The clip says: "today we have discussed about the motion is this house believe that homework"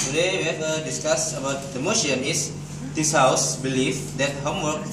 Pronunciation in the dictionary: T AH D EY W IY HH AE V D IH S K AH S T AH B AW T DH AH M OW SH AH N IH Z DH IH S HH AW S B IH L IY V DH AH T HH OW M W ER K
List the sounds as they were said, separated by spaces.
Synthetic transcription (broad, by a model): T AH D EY W IY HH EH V D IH S K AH S AH B AW T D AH M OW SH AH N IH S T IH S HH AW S B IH L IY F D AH T HH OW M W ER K